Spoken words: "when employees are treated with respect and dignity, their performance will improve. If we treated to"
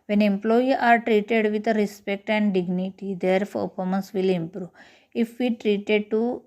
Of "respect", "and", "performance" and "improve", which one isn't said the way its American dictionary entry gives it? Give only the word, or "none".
performance